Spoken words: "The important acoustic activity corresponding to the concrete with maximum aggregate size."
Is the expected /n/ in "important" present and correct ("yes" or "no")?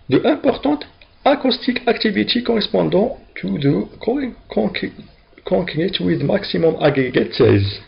no